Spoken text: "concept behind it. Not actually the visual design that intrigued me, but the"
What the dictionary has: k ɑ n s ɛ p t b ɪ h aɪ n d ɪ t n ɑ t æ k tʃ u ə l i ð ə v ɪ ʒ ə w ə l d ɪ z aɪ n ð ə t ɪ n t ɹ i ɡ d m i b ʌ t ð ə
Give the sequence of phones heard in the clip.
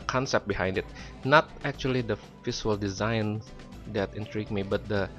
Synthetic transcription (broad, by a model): k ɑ n s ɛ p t b ɪ h aɪ n d ɪ t n ɑ t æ k tʃ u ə l i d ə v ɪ s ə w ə l d ɪ z aɪ n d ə t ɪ n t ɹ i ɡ m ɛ b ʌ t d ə